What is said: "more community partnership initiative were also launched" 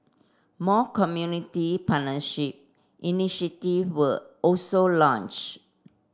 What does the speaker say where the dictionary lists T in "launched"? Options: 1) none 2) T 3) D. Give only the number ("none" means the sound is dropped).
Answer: 1